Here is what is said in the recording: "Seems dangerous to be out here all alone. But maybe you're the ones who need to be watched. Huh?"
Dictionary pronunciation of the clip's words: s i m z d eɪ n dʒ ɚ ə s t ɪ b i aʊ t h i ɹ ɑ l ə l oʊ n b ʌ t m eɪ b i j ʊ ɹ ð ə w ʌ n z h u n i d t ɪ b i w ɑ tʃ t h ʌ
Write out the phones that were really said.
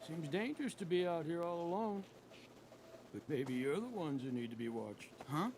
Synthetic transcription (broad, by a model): s i m z d eɪ n dʒ ɚ ə s t ɪ b i aʊ t h i ɹ ɑ l ə l oʊ n b ʌ t m eɪ b i j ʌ ɹ ð ə w ʌ n z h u n i d t ɪ b i w ɑ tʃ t h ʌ